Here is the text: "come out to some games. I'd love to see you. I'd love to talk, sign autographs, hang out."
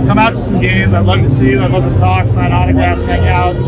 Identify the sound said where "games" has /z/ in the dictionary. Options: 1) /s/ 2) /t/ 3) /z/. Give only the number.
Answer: 3